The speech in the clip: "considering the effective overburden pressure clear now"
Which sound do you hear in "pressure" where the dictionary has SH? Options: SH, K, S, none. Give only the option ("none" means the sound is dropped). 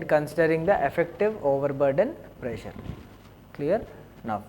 SH